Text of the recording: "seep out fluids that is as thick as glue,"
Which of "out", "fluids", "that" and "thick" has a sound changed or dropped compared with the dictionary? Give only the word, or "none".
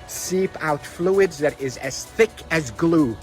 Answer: none